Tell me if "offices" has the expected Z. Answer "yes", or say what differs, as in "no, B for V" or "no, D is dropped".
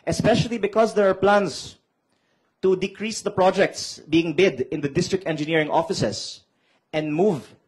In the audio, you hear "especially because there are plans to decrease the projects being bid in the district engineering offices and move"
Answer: no, S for Z